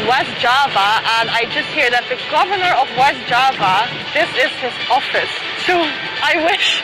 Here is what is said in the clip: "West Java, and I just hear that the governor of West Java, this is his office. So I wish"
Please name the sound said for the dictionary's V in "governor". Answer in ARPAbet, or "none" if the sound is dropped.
V